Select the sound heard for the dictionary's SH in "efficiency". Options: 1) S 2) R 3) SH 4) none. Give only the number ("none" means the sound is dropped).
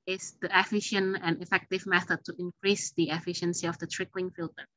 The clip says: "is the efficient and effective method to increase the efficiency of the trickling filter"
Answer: 3